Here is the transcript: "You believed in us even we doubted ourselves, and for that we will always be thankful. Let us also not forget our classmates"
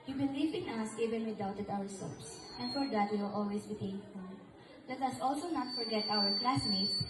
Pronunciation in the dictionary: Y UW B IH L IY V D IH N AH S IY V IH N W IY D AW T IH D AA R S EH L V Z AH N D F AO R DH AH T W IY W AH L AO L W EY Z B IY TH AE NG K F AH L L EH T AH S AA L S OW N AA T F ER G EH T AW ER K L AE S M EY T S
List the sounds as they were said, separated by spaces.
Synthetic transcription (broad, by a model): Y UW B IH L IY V IH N AH S IY V IH N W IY D AW T IH D AA R S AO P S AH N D F AO R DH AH T W IY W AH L AO L W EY S B IY T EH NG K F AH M L EH T AH S AA L S OW N AA T F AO G EH T AW ER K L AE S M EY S